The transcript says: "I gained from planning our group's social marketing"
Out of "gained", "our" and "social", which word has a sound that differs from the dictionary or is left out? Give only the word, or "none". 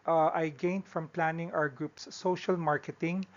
our